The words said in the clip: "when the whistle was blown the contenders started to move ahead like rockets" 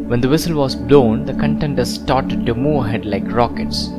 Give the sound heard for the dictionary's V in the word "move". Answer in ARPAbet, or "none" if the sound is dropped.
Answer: none